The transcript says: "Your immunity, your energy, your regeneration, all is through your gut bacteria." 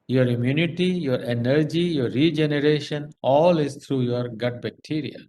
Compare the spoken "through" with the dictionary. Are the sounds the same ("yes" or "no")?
no